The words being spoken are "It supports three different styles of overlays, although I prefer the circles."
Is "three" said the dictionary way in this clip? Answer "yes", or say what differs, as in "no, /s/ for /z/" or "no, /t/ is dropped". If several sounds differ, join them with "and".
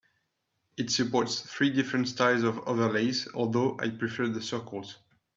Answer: yes